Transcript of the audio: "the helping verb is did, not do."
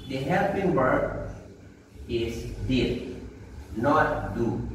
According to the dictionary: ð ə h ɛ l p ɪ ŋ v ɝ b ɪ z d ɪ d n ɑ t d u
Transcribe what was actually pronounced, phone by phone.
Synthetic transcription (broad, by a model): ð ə h ɛ l p ɪ ŋ b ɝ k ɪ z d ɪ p n ɑ t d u